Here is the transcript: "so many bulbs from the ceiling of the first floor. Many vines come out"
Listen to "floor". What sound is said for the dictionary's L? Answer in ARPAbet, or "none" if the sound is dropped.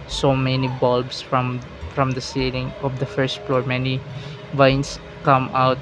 L